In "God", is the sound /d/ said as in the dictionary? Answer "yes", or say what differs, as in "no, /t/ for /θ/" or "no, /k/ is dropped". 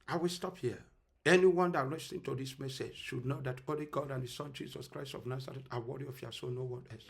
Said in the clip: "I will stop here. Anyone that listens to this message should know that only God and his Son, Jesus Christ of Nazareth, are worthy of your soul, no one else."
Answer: yes